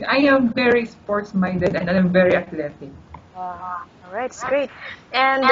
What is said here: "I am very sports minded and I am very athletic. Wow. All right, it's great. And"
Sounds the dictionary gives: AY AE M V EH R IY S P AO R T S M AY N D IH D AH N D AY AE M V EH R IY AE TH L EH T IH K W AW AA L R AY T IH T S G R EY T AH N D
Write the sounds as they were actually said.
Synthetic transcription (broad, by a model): AY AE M V EH R IY S P AO R T S M AY N D IH D AH N D AY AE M V EH R IY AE T L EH T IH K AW AA L R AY IH T S G R EY T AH N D